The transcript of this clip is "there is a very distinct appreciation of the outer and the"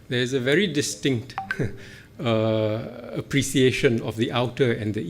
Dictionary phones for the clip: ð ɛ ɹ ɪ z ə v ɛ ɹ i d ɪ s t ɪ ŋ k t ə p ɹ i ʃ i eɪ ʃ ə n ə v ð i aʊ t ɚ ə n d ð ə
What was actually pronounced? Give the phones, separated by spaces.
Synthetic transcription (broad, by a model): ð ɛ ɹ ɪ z ə v ɛ ɹ i d ɪ s t ɪ ŋ k t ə p ɹ i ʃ i eɪ ʃ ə n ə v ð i aʊ t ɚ ə n d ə